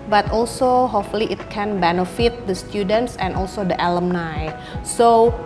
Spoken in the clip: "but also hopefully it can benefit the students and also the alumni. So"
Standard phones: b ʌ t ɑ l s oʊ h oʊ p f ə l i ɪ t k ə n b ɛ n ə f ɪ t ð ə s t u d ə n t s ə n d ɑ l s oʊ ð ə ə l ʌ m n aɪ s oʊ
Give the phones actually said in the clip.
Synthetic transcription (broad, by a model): b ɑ t ɑ l s oʊ h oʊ f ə l i ɪ t k ə n b ɛ n ə f ɪ t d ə s t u d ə n t s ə n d ɑ l s oʊ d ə ə l ʌ m n aɪ s oʊ